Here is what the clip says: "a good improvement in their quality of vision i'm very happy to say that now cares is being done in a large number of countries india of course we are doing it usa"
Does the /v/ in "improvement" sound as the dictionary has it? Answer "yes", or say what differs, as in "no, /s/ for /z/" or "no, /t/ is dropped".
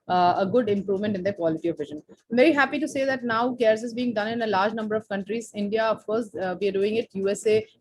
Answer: yes